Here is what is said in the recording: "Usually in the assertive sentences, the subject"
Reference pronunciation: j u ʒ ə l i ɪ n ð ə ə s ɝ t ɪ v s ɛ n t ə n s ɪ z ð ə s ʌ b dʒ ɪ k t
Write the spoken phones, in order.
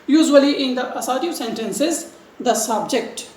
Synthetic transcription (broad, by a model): j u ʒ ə l i ɪ n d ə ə s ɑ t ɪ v s ɛ n t ə n s ɪ z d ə s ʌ b dʒ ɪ k t